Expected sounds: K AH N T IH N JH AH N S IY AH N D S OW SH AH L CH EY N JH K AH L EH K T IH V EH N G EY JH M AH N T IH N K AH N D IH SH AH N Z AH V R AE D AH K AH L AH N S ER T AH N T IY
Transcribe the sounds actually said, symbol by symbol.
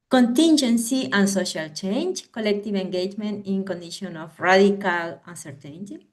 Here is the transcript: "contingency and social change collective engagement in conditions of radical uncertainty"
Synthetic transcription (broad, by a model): K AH N T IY N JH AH N S IY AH N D S OW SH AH L CH EY N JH K AH L EH K T IH V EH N G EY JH M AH N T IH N K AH N D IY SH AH N AH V R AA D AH K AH L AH N S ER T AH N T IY